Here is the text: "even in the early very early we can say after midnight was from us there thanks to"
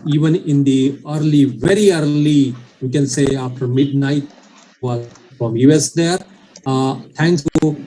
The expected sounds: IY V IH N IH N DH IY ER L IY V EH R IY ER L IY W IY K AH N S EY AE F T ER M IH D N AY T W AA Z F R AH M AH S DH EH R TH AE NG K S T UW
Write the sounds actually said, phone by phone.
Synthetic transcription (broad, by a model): IY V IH N IH N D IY ER L IY V EH R IY ER L IY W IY K AH N S EY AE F T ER M IH D N AY T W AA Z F R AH M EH S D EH R T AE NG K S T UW